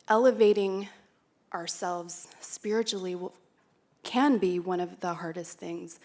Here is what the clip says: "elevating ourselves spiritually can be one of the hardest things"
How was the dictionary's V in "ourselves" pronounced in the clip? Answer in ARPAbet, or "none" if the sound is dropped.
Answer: V